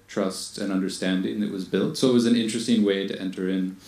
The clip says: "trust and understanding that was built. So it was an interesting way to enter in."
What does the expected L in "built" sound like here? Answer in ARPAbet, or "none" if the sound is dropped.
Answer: L